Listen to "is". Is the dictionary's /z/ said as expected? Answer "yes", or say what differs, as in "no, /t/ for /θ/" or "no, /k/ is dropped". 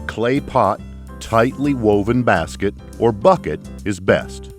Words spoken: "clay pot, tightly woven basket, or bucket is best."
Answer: yes